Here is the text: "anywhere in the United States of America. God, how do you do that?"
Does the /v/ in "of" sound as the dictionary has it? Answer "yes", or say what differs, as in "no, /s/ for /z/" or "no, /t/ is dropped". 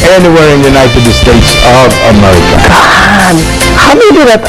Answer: yes